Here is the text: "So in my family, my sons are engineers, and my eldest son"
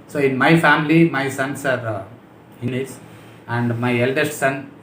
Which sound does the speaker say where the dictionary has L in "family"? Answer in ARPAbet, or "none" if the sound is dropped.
L